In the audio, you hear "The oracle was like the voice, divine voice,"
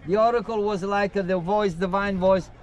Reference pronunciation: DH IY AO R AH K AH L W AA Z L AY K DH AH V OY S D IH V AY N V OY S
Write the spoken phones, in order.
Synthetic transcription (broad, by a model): DH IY AO R AH K AH L W AA Z L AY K DH AH V OY S D IH V AY N V OY S